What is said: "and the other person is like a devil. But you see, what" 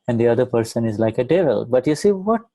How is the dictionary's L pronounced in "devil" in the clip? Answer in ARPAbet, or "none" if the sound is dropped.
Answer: L